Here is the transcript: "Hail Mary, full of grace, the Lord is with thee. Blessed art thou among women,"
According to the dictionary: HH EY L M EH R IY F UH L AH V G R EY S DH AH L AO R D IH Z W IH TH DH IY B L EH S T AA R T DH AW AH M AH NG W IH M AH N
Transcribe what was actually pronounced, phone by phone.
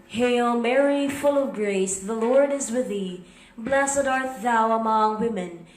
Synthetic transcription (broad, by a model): HH EY L M EH R IY F UH L AH V G R EY S DH AH L AO R D IH Z W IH DH IY B L EH S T AA R T DH AW AH M AH NG W IH M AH N